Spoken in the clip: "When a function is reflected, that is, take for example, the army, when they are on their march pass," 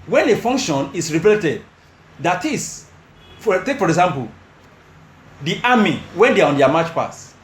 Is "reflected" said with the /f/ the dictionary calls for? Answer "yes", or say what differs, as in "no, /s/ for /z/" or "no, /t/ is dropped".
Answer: no, /p/ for /f/